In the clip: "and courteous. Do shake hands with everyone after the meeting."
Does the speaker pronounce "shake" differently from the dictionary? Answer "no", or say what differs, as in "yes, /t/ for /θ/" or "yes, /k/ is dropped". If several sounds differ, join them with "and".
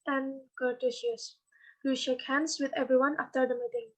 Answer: no